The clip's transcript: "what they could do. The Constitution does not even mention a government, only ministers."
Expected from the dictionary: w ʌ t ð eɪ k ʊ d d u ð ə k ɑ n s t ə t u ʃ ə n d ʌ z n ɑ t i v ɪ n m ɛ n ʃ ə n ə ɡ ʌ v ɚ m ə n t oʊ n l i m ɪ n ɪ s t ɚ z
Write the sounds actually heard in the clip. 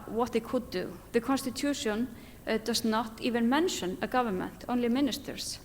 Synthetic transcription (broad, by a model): w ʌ t ð eɪ k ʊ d d u ð ə k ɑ n s t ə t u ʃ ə n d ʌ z n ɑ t i v ɪ n m ɛ n ʃ ə n ə ɡ ʌ v ɚ m ə n t oʊ n l i m ɪ n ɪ s t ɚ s